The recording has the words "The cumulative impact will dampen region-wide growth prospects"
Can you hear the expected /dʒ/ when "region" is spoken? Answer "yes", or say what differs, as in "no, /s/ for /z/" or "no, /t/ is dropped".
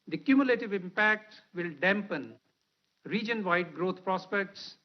yes